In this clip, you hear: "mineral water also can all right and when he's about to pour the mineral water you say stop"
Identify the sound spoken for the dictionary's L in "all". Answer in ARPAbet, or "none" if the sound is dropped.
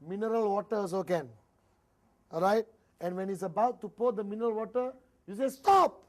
N